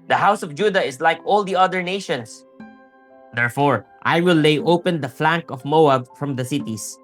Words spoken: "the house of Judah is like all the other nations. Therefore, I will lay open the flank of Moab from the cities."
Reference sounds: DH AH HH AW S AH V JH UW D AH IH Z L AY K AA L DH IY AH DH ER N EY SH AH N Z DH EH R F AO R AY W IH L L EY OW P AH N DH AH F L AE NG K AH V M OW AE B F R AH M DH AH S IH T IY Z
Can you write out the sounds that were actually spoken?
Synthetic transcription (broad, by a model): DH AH HH AW S AH V JH UW D AH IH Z L AY K AA L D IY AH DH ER N EY SH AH N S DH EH R F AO R AY W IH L L EY OW P AH N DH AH F L AE NG K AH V M OW AE B F R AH M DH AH S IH T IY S